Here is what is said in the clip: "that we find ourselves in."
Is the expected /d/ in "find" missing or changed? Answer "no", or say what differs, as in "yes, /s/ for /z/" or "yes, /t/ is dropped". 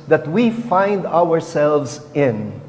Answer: no